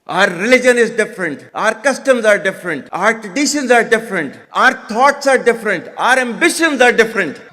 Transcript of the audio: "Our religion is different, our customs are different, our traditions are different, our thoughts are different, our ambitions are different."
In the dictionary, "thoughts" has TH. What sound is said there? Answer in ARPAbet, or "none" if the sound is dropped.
T